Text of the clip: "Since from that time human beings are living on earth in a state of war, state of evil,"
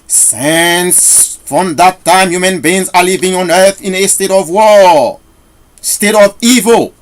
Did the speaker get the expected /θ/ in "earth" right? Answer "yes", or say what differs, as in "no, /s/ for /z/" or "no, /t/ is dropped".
yes